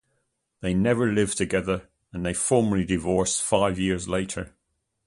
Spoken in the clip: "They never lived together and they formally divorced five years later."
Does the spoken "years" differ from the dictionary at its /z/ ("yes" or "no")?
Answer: no